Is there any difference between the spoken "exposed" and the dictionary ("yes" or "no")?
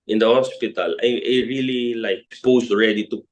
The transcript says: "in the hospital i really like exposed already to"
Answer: yes